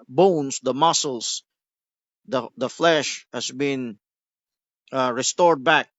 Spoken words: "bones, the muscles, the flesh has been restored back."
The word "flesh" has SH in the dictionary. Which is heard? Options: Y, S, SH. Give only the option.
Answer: SH